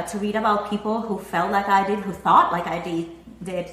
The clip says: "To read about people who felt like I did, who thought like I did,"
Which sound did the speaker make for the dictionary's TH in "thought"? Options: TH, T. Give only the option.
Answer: TH